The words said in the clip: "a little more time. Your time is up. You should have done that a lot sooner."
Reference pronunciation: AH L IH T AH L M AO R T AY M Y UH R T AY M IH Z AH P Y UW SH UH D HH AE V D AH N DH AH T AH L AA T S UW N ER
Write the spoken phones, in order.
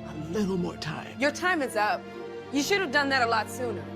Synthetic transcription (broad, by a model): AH L IH T L M AO R T AY M Y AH R T AY M IH Z AH P Y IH SH UH D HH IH V D AH N DH AH T AH L AA T S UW N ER